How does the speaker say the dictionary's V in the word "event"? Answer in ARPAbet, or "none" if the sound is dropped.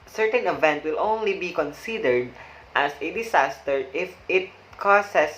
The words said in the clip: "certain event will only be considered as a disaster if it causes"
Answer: V